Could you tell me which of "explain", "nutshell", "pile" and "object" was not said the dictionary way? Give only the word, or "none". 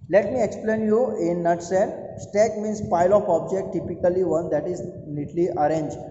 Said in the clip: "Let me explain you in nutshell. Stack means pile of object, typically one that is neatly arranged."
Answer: nutshell